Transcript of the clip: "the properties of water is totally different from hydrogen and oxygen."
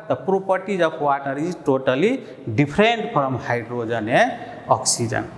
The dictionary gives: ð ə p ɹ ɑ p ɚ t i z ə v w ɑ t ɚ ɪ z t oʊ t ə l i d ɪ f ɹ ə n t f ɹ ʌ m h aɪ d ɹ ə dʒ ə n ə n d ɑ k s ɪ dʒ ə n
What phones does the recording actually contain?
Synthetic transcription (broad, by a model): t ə p ɹ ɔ p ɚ t i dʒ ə b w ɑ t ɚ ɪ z t oʊ t ə l i d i p ɹ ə n t p ɹ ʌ m h aɪ d ɹ ə dʒ ə n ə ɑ k s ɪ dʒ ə n